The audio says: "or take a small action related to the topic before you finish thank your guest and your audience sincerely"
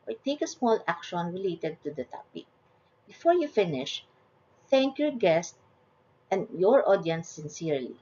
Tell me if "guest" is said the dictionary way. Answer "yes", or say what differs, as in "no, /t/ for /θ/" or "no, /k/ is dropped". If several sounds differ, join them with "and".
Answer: yes